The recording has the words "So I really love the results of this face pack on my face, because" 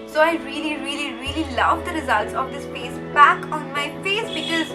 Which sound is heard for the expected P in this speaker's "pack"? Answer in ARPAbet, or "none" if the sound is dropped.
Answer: B